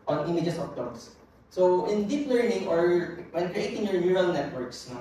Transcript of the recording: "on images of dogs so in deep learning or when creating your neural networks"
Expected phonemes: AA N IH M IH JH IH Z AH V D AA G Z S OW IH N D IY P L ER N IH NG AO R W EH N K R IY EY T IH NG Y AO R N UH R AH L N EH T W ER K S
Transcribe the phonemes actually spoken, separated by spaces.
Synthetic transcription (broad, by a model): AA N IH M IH JH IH S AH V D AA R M S OW IH N D IY P L ER N IH NG AO R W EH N K R IY EY T IH NG Y AO R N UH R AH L N EH T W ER K S